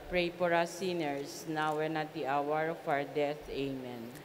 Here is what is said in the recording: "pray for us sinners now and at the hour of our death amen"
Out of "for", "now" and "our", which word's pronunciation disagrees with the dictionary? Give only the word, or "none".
for